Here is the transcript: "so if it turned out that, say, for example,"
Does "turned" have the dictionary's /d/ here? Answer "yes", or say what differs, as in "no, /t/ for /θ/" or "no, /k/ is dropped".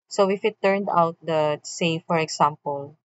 yes